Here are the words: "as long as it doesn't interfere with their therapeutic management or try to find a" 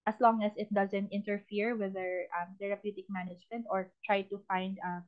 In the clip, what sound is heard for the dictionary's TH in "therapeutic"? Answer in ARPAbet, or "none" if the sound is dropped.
T